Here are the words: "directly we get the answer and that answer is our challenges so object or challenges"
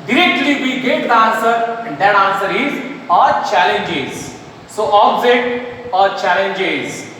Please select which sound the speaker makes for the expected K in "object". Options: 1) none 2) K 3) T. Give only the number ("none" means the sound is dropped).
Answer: 1